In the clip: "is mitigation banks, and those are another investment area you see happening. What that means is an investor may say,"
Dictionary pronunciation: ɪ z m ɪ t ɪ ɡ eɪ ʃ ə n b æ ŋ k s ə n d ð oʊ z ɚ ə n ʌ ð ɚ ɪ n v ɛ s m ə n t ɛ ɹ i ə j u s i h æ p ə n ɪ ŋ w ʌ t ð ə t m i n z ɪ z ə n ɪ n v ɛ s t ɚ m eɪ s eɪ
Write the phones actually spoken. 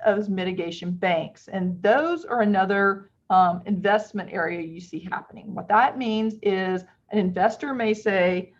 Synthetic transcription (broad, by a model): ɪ z m ɪ t ɪ ɡ eɪ ʃ ə n b æ ŋ k s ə n ð oʊ z ɚ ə n ʌ ð ɚ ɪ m v ɛ s m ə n t ɛ ɹ i ə j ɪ s i h æ p ə n ɪ ŋ w ʌ t ð ə t m i n z ɪ z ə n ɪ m v ɛ s t ɚ m eɪ s eɪ